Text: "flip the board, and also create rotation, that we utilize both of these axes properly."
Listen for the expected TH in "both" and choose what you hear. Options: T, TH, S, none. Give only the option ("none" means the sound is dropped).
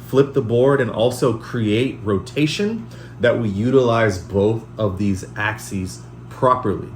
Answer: TH